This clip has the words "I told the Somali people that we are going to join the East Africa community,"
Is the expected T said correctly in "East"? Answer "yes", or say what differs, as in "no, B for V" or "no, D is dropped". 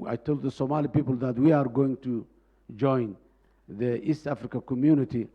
yes